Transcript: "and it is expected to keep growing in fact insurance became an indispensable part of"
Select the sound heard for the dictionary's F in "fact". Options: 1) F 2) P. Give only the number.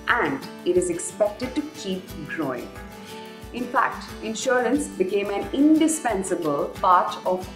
1